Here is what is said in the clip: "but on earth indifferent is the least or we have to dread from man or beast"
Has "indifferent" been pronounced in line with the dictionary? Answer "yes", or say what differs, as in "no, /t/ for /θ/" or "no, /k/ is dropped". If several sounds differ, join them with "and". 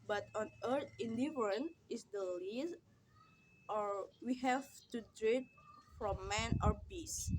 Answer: no, /t/ is dropped